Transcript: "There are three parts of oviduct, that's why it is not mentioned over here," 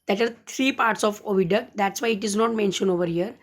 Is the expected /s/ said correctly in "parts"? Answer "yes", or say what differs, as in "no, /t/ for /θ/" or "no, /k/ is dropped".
yes